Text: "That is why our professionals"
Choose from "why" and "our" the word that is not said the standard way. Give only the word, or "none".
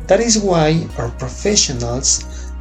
none